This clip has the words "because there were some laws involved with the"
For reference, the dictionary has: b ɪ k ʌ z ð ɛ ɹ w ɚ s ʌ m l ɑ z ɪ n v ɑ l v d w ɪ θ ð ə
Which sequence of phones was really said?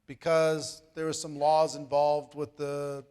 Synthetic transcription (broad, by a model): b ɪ k ʌ z ð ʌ ɹ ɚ s ʌ m l ɑ z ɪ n v ɑ l v d w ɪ ð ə